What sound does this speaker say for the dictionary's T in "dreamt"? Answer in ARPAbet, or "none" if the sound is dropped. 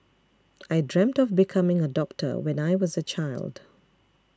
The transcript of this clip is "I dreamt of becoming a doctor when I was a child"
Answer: T